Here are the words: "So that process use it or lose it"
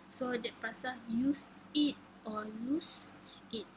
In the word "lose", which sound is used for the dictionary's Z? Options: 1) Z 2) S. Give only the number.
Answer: 2